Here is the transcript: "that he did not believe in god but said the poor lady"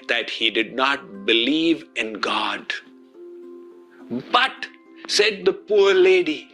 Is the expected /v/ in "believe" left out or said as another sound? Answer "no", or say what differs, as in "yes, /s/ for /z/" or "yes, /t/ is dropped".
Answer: no